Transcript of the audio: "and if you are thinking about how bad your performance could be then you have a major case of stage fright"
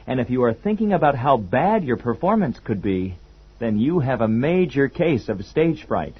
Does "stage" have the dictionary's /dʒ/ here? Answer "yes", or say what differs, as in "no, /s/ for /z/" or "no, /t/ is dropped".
no, /ʒ/ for /dʒ/